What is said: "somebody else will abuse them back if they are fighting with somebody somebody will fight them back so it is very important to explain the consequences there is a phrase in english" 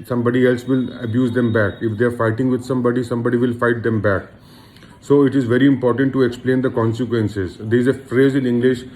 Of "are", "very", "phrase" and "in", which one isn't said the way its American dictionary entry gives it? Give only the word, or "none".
in